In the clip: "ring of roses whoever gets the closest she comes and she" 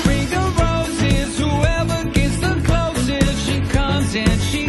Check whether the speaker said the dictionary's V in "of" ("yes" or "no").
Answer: no